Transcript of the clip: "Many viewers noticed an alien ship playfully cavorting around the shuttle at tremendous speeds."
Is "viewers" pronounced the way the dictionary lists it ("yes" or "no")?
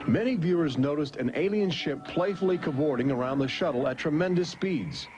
yes